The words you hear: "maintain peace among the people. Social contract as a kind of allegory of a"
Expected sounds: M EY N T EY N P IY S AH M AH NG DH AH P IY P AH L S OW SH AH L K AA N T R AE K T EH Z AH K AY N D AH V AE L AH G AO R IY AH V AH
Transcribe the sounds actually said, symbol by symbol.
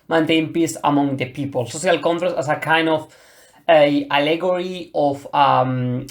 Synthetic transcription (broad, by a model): M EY N T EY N P IY S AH M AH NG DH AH P IY P AH L S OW S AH L K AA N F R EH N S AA S AH K AY N D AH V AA L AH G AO R IY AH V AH